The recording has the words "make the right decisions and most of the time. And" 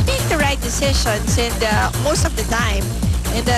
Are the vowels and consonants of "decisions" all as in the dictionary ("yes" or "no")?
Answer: no